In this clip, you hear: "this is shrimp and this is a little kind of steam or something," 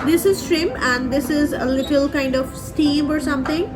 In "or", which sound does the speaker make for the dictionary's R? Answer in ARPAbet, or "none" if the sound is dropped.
R